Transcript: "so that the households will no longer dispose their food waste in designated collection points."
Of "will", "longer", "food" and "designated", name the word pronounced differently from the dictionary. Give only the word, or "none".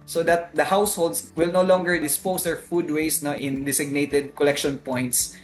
designated